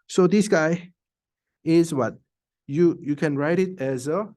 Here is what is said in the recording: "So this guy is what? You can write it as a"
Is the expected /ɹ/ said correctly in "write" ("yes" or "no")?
yes